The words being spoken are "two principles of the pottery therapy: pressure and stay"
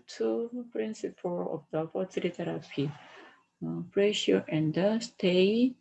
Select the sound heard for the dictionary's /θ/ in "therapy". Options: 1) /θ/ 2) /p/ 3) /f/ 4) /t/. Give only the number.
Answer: 4